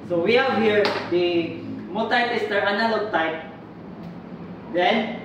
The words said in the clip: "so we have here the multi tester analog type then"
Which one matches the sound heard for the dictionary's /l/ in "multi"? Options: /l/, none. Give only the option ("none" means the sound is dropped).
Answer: none